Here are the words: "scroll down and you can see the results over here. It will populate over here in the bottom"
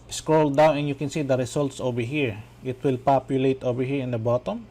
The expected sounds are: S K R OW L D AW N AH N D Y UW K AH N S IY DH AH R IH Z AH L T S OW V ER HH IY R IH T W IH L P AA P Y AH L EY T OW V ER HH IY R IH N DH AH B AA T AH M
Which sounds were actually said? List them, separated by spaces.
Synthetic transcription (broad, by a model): S K R OW L D AW N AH N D Y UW K AH N S IY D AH R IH S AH L T S OW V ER HH IY R IH T W IH L P AA P Y AH L EY T OW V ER HH IY R IH N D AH B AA T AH M